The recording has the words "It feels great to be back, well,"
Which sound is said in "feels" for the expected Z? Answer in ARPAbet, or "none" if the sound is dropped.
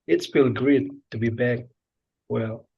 none